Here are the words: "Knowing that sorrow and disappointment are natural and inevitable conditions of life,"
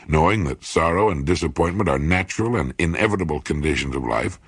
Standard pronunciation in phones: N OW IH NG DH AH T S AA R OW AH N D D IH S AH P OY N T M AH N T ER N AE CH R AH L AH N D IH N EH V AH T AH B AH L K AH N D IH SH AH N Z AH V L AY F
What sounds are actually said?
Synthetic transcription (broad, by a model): N OW IH NG DH AH T S AA R OW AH N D D IH S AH P OY N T M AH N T ER N AE CH R L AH N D IH N EH V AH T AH B L K AH N D IH SH AH N Z AH V L AY F